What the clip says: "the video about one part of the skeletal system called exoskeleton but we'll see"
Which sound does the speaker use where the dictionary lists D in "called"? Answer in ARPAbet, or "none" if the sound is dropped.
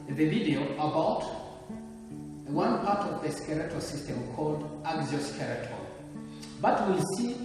D